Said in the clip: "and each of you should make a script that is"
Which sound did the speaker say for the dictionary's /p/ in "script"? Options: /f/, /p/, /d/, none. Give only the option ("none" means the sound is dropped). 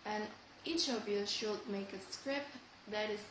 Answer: /p/